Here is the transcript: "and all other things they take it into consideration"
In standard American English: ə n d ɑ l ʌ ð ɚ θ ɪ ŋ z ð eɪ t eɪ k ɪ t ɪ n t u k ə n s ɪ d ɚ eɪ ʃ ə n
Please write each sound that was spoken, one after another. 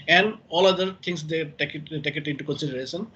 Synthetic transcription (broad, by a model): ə n d ɑ l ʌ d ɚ t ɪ ŋ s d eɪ t eɪ k ɪ t ɪ n t u k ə n s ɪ d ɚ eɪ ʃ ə n